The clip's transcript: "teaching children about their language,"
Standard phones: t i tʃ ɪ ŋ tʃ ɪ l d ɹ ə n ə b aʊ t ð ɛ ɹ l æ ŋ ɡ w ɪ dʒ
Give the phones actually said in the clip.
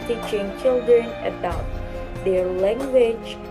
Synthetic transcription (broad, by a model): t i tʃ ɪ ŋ tʃ ɪ l d ɹ ə n ə b aʊ t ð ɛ ɹ l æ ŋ ɡ w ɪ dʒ